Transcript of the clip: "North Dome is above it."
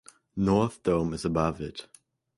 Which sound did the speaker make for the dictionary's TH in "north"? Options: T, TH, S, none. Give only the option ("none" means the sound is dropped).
TH